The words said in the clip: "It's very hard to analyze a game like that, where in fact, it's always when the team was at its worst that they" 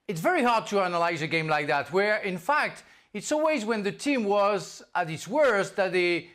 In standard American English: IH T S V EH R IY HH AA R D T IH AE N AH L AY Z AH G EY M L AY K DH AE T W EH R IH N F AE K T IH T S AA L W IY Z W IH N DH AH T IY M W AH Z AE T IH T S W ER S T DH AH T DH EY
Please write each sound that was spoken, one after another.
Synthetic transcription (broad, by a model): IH T S V EH R IY HH AA R D T IH AE N AH L AY Z AH G EY M L AY K DH AE T W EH R IH N F AE K T IH T S AA L W IY Z W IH N DH AH T IY M W AH Z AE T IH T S W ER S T DH AH T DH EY